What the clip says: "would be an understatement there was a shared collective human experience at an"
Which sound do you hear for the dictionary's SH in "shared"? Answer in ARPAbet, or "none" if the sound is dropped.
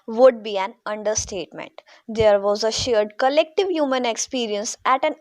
SH